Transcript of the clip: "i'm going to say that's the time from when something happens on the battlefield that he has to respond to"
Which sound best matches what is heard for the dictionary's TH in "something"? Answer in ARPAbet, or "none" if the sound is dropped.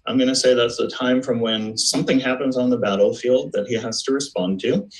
TH